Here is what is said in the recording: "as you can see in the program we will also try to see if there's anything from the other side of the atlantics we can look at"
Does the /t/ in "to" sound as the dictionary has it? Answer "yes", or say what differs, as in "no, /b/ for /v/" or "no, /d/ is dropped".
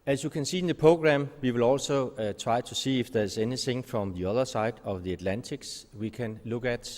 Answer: no, /s/ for /t/